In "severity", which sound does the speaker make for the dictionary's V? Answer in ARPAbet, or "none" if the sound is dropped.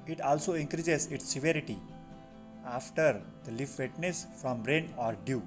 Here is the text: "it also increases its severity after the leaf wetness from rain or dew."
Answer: V